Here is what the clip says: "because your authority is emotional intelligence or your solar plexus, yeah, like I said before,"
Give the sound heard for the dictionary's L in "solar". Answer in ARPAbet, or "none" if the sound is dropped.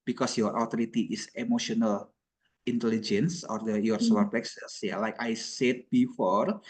none